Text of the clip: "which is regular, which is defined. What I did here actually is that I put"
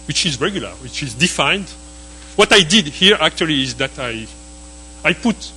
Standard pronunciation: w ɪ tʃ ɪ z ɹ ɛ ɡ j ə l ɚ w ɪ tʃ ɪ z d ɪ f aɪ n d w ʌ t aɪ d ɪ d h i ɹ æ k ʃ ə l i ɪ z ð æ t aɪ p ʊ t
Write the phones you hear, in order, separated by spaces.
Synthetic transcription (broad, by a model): w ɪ tʃ ɪ z ɹ ɛ ɡ j ə l ɚ w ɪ tʃ ɪ z d ɪ f aɪ n d w ʌ t aɪ d ɪ d h i ɹ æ k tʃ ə l i ɪ z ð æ t aɪ p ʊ t